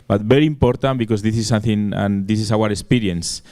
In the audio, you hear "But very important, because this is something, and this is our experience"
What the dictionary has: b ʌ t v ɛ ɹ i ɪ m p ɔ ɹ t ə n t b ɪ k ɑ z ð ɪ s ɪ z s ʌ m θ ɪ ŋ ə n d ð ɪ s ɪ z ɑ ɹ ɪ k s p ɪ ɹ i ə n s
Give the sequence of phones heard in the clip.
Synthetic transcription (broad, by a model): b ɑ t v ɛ ɹ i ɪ m p ɔ ɹ t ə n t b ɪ k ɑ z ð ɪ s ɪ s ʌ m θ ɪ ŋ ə n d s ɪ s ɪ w ɑ ɹ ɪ k s p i ɹ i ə n s